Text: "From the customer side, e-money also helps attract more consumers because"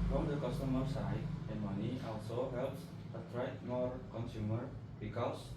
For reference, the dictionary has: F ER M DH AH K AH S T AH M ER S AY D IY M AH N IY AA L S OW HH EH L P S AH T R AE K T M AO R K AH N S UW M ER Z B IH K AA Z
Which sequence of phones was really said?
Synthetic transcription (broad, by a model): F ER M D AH K AH S T AH M ER S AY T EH M AH N IY AA L S OW HH EH L P S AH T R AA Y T M AO R K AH N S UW M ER B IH K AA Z